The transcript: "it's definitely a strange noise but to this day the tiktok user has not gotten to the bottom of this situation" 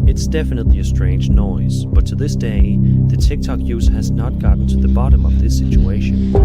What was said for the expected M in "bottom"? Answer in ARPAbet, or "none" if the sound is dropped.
M